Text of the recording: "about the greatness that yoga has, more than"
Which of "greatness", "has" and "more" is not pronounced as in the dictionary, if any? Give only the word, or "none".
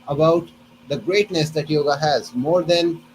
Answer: none